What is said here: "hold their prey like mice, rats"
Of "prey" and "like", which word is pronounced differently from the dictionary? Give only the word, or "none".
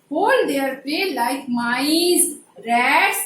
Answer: prey